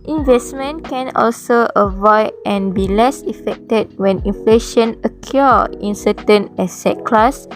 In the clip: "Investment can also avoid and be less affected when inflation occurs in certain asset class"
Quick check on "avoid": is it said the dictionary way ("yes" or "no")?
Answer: yes